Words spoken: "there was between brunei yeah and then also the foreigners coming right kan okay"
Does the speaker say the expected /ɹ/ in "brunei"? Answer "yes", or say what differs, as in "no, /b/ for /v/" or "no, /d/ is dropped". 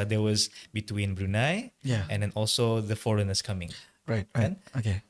yes